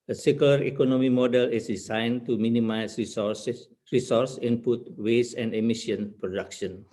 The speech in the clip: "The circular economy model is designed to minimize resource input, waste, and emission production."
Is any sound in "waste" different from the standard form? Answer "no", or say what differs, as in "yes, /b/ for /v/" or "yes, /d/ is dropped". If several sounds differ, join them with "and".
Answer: yes, /t/ is dropped